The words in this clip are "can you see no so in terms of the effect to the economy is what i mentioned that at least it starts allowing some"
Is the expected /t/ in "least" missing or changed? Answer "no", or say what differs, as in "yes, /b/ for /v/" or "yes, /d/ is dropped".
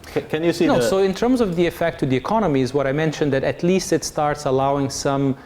no